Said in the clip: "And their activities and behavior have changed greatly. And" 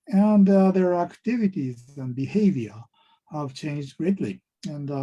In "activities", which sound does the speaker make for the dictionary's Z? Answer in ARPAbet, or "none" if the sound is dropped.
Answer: Z